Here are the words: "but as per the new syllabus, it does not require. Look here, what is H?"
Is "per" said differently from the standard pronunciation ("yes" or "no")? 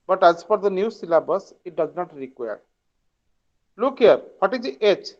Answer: yes